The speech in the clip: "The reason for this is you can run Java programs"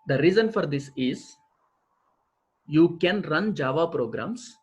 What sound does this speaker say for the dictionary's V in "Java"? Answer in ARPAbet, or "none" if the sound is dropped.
V